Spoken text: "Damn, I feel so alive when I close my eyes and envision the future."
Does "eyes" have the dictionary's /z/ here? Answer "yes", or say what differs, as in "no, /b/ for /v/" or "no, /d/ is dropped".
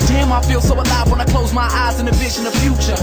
yes